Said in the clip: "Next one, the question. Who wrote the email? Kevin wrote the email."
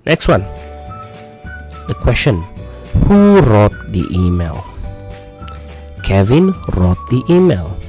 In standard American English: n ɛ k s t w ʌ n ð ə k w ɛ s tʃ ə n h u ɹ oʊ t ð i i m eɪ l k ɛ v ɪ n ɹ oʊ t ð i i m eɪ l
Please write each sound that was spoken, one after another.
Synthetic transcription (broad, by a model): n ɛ k s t w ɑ n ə k w ɛ s tʃ ə n h u ɹ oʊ t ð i i m eɪ l k ɛ v ɪ n ɹ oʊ t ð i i m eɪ l